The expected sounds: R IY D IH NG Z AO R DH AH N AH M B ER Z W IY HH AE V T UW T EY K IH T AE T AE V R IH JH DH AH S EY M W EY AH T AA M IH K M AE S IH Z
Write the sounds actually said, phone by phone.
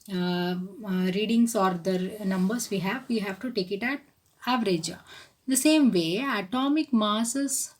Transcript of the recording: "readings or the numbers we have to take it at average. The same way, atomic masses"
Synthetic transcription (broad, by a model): R IY D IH NG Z AO R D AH N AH M B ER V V IY HH AE V T UW T EY K IH T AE T AE V R IH JH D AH S EY M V EY AH T AA M IH K M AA S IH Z